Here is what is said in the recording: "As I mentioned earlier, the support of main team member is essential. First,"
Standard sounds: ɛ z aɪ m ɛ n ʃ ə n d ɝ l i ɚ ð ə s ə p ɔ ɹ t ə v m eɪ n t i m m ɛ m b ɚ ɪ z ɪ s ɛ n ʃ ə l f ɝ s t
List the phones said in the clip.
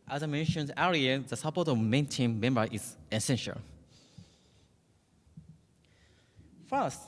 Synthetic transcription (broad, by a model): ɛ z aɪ m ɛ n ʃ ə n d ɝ i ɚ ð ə s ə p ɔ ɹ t ə v m eɪ n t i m m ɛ m b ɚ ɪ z ɪ s ɛ n ʃ ə l f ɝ s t